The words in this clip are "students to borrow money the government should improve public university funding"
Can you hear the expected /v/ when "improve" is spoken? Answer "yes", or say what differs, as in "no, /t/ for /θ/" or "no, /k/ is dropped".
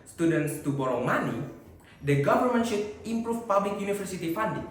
no, /f/ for /v/